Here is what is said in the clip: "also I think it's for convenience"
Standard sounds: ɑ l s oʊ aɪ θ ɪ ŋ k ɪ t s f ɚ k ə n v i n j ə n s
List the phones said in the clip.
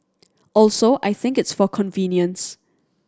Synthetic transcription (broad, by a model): ɑ l s oʊ aɪ θ ɪ ŋ k ɪ t s f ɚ k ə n v i n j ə n s